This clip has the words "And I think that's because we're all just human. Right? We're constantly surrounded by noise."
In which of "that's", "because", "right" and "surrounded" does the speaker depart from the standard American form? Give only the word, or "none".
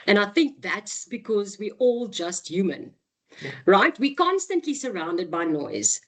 none